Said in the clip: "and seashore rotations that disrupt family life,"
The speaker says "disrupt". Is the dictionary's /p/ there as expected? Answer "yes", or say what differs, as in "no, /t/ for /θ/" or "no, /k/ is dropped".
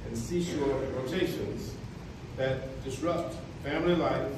yes